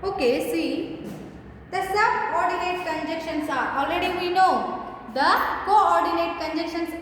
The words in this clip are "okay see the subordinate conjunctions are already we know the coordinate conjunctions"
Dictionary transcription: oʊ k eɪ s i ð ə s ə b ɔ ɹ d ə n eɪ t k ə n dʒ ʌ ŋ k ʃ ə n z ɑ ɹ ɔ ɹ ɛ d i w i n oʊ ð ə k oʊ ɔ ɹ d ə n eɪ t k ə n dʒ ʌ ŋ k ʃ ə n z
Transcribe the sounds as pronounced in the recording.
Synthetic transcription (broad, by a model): oʊ k eɪ s i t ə s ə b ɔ ɹ d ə n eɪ t k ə n dʒ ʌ k ʃ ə n s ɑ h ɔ l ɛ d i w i n oʊ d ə k oʊ ɔ ɹ d ə n eɪ t k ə n dʒ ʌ k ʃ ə n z